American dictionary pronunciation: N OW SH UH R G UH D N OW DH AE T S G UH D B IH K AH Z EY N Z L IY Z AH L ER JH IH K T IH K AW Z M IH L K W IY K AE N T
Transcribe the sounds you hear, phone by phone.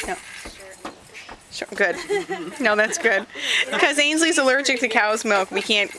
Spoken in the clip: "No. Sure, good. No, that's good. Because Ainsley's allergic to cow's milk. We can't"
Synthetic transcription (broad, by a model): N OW UH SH G UH D N OW DH AE T S G UH D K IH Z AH IH N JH L IY Z AH L ER JH IH K T IH K AW Z M IH L K W IY K AE N T